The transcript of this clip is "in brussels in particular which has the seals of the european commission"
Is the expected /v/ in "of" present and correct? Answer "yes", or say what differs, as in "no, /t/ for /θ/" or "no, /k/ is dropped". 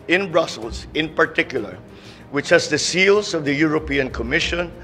yes